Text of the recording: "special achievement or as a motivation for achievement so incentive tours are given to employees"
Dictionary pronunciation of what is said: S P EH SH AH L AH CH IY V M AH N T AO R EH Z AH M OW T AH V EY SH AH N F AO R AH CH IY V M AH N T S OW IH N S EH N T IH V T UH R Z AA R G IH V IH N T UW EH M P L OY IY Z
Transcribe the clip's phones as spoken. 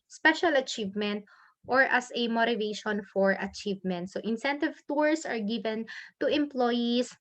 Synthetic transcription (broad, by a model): S P EH SH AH L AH CH IY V M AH N T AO R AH S AH M OW T AH V EY SH AH N F AO R AH CH IY V M AH N T S OW IH N S EH N T IH V T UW R S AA R G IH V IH N T UW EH M P L OY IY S